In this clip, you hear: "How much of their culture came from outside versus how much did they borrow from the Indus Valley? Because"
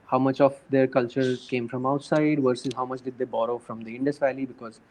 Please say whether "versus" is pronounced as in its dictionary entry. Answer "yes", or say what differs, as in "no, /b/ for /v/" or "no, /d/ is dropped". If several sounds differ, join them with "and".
yes